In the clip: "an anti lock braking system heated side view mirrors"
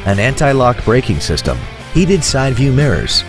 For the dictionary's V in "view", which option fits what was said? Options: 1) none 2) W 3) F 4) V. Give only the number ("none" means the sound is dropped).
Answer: 4